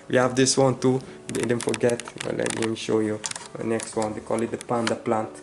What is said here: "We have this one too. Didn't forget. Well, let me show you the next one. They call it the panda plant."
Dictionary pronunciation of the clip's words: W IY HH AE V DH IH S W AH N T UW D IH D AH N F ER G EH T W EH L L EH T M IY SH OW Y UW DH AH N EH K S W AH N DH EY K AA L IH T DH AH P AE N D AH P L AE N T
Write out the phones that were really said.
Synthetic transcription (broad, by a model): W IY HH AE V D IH S W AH N T UW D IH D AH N F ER G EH T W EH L L EH T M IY SH OW Y UW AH N EH K S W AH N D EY K AA L IH T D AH P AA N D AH P L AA N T